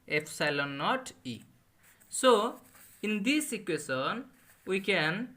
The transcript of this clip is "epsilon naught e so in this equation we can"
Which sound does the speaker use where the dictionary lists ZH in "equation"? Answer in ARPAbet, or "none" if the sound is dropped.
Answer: S